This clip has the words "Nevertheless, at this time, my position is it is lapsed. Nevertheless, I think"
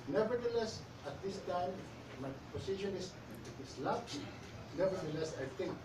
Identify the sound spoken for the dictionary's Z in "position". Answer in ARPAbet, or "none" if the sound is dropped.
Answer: S